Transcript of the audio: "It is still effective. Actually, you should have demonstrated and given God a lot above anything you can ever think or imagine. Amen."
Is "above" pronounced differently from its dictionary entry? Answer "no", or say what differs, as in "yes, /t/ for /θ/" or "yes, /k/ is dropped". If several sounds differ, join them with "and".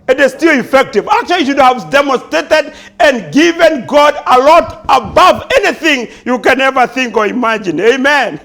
no